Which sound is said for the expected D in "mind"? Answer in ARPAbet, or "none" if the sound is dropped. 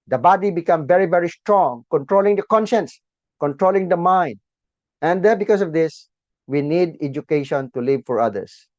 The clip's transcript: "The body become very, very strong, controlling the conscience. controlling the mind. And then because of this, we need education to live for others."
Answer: D